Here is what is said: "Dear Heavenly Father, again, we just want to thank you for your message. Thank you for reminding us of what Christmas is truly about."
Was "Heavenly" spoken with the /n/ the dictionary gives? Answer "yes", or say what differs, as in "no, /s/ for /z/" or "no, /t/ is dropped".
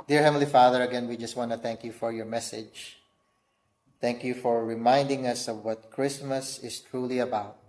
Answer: no, /n/ is dropped